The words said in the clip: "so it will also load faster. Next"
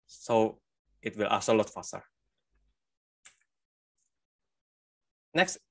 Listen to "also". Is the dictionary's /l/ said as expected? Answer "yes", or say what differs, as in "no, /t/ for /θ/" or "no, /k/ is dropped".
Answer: no, /l/ is dropped